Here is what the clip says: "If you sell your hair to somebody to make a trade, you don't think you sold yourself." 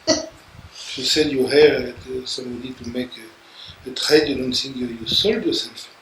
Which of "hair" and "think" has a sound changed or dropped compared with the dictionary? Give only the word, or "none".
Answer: think